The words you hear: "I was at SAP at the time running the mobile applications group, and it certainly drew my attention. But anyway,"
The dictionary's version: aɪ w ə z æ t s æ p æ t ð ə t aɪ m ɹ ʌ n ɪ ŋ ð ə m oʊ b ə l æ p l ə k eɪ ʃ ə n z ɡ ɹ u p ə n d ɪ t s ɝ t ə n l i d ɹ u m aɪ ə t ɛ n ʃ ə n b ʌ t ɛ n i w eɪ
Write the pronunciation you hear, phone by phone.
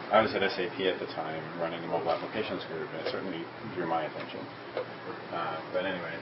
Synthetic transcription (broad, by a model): aɪ w ə z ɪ t s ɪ p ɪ t ð ə t aɪ m ɹ ʌ n ɪ ŋ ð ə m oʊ ə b æ p l ə k eɪ ʃ ə n z ɡ ɹ u p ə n ɪ t s ɝ t n l i d ɹ u m aɪ ə t ɛ n ʃ ə n b ʌ t ɛ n i w eɪ